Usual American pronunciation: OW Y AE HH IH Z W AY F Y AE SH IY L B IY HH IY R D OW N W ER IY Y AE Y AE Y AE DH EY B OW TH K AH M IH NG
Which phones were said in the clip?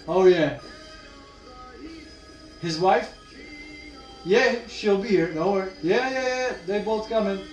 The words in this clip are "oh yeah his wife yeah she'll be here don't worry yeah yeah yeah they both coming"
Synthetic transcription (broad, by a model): OW Y AE HH IH Z W AY F Y AE SH IY L B IY HH IY R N OW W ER Y AE Y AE Y AE DH EY B OW TH K AH M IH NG